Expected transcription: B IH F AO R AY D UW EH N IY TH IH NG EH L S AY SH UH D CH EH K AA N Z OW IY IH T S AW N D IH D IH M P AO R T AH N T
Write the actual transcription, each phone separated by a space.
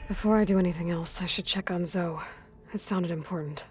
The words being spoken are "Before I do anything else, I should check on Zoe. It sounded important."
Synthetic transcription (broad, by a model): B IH F AO R AY D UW EH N IY TH IH NG EH L S AY SH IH D CH EH K N Z OW IY IH T S AW N D IH D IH M P AO R T N T